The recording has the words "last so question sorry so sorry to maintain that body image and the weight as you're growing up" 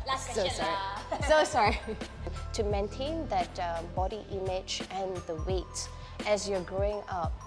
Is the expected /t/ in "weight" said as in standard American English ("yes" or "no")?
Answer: yes